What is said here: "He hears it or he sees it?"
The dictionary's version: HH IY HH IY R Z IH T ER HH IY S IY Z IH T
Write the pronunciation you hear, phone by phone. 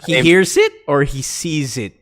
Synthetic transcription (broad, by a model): HH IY HH IY R Z IH T ER HH IY S IY Z IH T